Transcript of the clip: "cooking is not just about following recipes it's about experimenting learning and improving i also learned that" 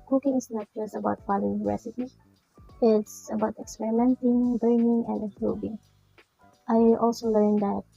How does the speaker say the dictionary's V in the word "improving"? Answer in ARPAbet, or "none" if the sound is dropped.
B